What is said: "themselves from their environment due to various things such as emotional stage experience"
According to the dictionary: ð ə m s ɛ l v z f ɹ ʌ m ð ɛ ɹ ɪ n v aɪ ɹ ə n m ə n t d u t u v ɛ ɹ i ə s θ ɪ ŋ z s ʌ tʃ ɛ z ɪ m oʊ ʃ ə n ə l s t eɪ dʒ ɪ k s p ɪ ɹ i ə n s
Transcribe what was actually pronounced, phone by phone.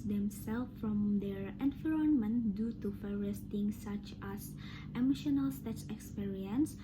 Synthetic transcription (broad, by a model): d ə m s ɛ l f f ɹ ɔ m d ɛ ɹ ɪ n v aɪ ɹ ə n m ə n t d u t u f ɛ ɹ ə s t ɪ ŋ s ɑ tʃ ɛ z ɪ m oʊ ʃ ə n ə l s t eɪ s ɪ k s p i ɹ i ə n s